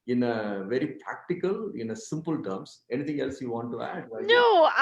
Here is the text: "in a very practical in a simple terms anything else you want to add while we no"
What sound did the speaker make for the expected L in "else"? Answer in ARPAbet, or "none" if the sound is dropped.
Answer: L